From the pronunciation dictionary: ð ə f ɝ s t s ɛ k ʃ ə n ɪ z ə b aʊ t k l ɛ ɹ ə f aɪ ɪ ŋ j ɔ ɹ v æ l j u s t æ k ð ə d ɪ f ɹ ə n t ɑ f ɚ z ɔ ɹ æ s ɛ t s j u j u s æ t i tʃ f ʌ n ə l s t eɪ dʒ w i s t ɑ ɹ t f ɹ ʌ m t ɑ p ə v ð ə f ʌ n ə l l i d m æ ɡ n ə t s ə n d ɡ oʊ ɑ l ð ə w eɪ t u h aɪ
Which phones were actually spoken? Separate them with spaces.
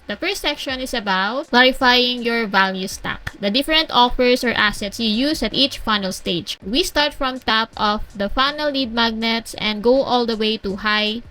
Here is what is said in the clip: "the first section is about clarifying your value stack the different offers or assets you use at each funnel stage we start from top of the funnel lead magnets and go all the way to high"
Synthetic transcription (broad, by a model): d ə f ɝ s t s ɛ k ʃ ə n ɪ s ə b aʊ t k l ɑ ɹ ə f aɪ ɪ ŋ j ɔ ɹ v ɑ l j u s t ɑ k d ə d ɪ f ɹ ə n t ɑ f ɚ s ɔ ɹ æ s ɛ t s j u j u s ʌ t i tʃ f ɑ n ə l s t eɪ dʒ w i s t ɑ ɹ t f ɹ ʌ m t ɑ p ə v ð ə f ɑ n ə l l i d m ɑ ɡ n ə t s ə n d ɡ oʊ ɑ l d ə w eɪ t u h aɪ